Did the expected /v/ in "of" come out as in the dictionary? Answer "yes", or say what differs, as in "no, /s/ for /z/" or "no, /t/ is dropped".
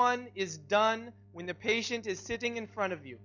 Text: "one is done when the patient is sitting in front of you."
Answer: yes